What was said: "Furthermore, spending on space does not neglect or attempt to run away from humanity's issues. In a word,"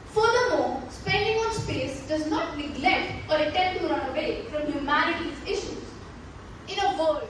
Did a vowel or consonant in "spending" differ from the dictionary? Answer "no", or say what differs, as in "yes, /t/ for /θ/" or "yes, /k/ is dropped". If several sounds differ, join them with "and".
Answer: no